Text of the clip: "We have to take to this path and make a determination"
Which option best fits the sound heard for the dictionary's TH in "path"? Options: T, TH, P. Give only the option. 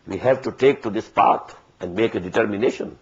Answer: T